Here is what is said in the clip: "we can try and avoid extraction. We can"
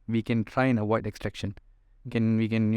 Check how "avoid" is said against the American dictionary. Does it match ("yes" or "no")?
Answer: no